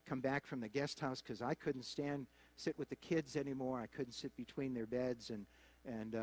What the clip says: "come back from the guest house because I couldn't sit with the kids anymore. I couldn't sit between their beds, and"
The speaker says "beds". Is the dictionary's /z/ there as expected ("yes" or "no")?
yes